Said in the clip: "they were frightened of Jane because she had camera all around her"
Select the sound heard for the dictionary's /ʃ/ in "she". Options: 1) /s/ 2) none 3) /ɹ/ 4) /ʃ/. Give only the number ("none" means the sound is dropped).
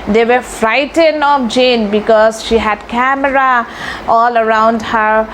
4